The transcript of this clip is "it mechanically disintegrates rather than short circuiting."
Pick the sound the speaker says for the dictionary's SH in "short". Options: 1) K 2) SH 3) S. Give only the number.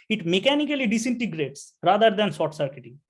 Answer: 3